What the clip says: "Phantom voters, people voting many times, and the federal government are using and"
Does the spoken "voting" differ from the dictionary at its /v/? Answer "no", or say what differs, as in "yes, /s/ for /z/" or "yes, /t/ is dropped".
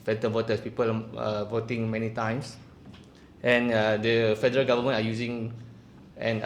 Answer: no